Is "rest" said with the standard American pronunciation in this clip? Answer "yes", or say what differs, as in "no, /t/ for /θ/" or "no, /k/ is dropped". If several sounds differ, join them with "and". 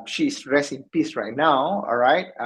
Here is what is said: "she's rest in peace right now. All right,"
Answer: no, /t/ is dropped